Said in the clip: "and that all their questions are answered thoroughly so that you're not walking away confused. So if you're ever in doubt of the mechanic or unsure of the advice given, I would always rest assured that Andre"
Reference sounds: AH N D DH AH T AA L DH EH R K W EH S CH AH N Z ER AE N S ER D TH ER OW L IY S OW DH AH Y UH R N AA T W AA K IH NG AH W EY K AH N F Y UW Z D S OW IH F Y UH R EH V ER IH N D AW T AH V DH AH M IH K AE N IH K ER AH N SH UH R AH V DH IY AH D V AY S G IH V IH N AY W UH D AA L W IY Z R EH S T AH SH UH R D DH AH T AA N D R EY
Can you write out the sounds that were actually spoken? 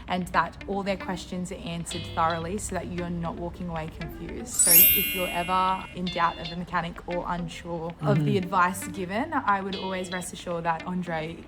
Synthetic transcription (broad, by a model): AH N DH AH T AA L DH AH R K W EH S CH AH N Z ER AE N S ER D TH ER OW L IY S OW DH AH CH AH R N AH T W AA K IH NG AH W EY K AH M F Y UW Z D S OW IH F Y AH R EH V ER IH N D AW T AH V DH AH M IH K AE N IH K ER AH N SH UH R AH V DH IY AH D V AY S G IH V IH N AY W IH D AA L W IY Z R EH S T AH SH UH R DH AH T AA N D R EY